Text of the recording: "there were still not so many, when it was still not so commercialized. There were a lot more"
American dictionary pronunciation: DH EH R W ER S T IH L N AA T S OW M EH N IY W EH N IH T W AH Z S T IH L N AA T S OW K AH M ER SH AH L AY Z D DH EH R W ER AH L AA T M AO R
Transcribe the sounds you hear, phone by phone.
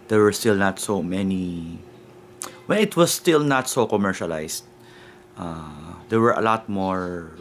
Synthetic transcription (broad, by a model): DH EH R W ER S T IH L N AA T S OW M EH N IY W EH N IH T W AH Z S T IH L N AA T S OW K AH M ER SH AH L AY S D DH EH R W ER AH L AA T M AO R